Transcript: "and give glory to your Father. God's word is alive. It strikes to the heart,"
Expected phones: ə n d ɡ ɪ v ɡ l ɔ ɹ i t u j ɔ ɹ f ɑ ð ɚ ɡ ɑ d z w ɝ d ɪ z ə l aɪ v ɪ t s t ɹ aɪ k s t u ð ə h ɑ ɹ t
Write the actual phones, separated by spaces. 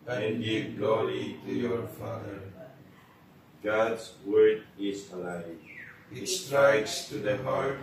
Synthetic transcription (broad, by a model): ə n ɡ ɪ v ɡ l ɔ ɹ i t u j ɔ ɹ f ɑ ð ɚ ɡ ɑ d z w ɝ d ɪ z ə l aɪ ɪ t s t ɹ aɪ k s t u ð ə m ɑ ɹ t